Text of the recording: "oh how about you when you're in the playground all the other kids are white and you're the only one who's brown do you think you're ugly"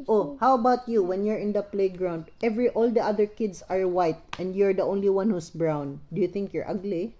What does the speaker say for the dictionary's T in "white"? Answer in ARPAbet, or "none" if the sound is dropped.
T